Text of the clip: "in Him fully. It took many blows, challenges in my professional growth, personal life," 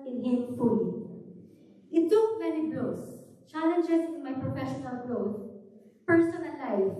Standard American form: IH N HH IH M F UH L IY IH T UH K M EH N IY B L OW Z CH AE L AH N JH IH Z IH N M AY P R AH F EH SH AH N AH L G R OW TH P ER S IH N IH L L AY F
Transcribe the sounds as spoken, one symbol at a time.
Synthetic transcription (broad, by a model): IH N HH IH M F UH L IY IH T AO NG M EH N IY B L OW S CH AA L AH N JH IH S IH N M AY P R AH F EH SH AH N AH L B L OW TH P ER S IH N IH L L AY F